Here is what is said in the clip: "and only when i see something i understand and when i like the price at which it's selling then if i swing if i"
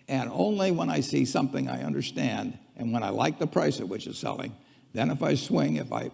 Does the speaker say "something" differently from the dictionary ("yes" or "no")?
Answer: no